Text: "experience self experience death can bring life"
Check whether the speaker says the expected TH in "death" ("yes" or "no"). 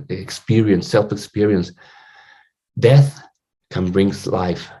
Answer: yes